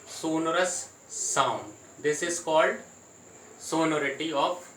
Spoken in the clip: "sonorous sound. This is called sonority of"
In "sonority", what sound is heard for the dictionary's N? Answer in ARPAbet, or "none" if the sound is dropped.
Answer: N